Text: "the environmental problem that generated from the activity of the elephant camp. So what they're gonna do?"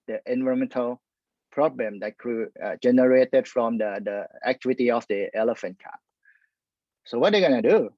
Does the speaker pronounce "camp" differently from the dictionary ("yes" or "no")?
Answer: yes